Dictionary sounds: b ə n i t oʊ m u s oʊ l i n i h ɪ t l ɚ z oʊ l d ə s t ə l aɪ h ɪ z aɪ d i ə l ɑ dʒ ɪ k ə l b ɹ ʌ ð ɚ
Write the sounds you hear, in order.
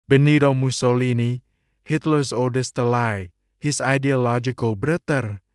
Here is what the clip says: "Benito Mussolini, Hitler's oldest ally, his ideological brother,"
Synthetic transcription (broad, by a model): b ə n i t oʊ m u s oʊ l i n i h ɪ t l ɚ s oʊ d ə s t ə l aɪ h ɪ s aɪ d i ə l ɑ dʒ ɪ k ə l b ɹ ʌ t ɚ